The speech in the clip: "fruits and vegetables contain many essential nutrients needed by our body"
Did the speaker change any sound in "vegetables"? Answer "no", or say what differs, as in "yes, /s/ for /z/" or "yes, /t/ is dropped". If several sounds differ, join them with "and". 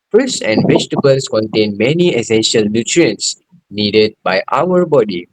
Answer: yes, /s/ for /z/